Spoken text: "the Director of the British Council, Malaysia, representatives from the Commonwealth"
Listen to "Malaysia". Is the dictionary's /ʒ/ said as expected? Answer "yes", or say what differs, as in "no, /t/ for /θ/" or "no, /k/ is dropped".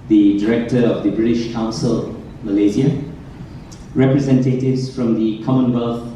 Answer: no, /z/ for /ʒ/